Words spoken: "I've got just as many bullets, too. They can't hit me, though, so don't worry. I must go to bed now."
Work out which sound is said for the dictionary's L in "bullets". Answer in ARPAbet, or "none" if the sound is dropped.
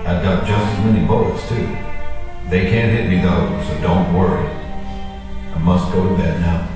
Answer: none